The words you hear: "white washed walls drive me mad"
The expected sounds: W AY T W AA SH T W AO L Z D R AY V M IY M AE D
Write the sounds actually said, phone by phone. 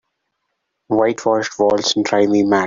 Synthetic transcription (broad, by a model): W AY T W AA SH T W AO L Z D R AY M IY M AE